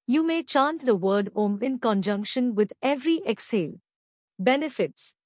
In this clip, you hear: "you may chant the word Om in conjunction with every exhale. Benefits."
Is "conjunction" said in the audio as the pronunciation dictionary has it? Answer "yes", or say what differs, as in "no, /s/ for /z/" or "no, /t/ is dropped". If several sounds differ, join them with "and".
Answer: yes